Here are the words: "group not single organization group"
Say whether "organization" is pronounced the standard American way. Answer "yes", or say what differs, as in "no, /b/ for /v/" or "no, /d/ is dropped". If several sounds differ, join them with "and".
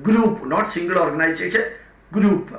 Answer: no, /s/ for /ʃ/